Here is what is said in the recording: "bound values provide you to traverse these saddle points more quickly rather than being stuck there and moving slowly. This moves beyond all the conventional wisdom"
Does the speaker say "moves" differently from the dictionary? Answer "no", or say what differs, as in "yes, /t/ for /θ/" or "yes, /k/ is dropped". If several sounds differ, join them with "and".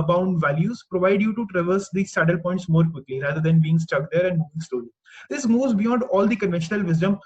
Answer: yes, /v/ is dropped